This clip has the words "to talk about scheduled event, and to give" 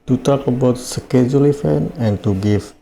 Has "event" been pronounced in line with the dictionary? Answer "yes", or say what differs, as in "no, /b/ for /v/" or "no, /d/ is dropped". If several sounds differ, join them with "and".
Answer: no, /f/ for /v/ and /t/ is dropped